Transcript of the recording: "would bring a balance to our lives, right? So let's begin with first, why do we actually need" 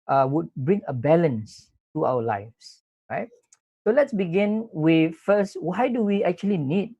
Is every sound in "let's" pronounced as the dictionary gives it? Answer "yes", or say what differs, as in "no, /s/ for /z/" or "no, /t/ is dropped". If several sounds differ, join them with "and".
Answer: yes